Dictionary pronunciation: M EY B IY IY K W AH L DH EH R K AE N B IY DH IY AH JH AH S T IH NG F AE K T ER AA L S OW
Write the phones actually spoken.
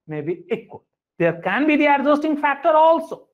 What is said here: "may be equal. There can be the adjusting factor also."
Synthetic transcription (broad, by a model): M EY B IY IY K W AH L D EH R K AE N B IY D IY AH Z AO S T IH NG F AE K T ER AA L S OW